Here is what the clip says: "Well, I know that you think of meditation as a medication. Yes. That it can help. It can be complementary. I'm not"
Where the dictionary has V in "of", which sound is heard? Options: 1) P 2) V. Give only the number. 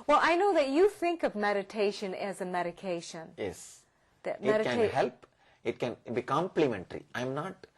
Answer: 2